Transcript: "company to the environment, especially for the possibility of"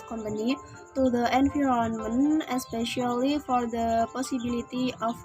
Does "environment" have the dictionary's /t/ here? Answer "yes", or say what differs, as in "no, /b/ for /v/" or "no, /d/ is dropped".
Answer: no, /t/ is dropped